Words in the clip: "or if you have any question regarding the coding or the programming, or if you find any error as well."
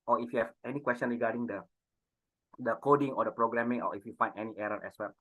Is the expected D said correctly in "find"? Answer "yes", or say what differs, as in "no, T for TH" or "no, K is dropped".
no, D is dropped